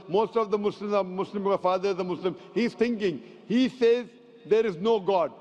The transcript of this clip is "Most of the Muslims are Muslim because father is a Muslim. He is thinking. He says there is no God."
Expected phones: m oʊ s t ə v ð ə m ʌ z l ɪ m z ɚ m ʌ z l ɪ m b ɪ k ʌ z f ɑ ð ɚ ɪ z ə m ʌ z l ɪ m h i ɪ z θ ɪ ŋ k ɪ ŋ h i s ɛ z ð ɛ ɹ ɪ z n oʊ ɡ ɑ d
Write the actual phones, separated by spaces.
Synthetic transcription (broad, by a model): m oʊ s t ə v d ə m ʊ s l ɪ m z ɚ m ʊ s l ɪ m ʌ f ɑ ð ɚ ɪ z ə m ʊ s l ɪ m h i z t ɪ ŋ k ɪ ŋ h i s ɛ z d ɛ ɹ ɪ z n oʊ ɡ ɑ d